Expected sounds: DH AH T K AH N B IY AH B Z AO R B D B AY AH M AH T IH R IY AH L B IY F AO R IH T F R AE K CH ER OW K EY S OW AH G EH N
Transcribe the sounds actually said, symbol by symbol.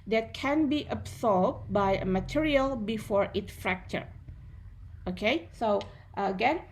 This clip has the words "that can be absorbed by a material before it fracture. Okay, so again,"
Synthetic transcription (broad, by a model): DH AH T K AH N B IY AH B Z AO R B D B AY AH M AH T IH R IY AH L B IY F AO R IH T F R AE K CH ER OW K EY S OW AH G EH N